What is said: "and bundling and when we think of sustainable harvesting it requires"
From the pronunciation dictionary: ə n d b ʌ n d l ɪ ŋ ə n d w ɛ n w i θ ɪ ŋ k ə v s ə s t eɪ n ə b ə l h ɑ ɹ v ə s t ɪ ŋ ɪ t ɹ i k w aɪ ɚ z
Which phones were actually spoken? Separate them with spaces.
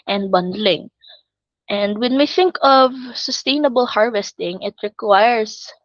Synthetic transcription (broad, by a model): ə n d b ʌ n d l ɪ ŋ ə n d w ɛ n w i θ ɪ ŋ k ə v s ə s t eɪ n ə b ə l h ɑ ɹ v ə s t ɪ ŋ ɪ t ɹ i k w aɪ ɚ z